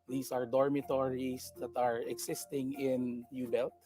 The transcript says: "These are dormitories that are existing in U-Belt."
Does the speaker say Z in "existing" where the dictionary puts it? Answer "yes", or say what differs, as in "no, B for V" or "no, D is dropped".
no, S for Z